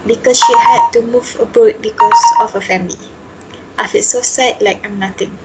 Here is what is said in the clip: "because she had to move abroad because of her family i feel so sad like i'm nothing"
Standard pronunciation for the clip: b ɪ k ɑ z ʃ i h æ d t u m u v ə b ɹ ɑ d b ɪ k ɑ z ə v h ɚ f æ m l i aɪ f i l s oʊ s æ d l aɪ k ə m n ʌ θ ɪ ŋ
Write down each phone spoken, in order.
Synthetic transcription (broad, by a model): b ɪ k ɑ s ʃ i h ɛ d t u m u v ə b ɑ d b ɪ k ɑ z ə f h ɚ f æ m l i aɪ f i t s oʊ s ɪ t l aɪ k ə m n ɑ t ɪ ŋ